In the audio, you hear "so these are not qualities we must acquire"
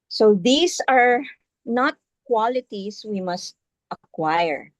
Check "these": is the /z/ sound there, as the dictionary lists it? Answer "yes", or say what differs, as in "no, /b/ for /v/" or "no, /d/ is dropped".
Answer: no, /s/ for /z/